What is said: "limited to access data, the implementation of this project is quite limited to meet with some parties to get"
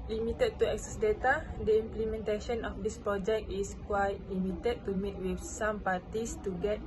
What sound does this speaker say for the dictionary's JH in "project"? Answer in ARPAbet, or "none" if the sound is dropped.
JH